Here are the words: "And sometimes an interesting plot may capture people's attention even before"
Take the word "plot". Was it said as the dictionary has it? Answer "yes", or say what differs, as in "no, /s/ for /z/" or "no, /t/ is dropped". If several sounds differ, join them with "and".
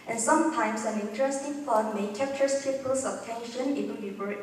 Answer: no, /l/ is dropped